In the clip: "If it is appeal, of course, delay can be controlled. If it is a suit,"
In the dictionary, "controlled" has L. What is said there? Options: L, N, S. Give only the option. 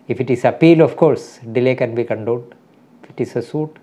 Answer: N